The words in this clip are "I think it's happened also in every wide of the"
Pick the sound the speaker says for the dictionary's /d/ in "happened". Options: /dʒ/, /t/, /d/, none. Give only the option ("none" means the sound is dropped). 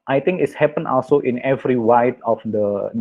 none